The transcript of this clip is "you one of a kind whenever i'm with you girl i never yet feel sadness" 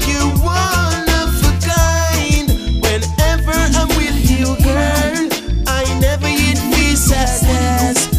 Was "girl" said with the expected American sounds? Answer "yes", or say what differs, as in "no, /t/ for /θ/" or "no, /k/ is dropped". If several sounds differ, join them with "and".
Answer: no, /n/ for /l/